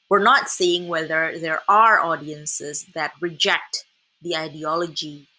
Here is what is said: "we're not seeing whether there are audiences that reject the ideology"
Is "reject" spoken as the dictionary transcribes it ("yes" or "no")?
yes